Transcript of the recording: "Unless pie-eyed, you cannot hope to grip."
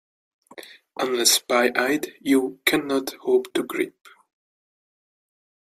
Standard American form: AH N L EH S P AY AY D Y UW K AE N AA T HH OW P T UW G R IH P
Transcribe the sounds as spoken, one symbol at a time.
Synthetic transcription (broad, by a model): AH N L EH S B AY AY D Y UW K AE N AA T HH OW P T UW G R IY P